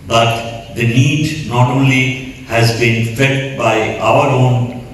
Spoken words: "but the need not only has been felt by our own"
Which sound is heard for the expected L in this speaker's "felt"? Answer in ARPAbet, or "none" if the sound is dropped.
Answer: none